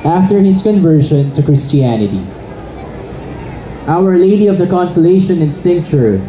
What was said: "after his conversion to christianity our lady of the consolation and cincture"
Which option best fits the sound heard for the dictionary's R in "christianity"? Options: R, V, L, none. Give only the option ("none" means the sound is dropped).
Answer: R